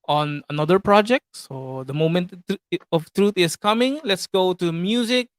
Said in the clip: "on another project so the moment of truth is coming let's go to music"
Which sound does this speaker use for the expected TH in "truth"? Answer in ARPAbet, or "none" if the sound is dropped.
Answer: T